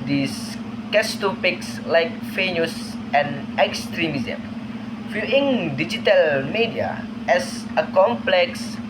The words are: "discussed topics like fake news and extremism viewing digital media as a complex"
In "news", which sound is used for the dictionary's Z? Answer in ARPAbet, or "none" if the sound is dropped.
S